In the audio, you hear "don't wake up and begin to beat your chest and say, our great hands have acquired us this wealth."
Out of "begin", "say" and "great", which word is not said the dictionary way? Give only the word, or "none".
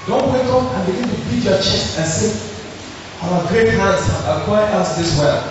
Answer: none